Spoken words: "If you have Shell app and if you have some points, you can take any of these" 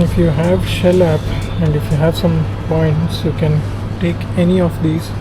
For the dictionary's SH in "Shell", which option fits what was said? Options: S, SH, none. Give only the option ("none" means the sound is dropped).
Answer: SH